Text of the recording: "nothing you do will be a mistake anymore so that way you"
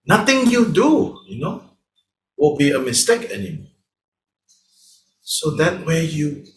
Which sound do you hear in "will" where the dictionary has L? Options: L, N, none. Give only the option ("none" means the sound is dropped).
N